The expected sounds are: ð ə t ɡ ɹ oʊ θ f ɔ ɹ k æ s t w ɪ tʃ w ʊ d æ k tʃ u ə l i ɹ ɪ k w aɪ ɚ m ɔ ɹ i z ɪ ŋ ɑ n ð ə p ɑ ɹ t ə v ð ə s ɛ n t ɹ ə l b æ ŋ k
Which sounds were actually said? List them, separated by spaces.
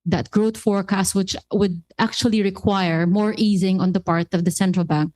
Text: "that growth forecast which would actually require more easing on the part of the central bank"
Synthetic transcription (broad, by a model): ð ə t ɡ ɹ oʊ t f ɔ ɹ k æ s t w ɪ tʃ w ʊ d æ k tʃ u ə l i ɹ ɪ k w aɪ ɚ m ɔ ɹ i z ɪ ŋ ɑ n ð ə p ɑ ɹ t ə v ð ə s ɛ n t ɹ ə l b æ ŋ k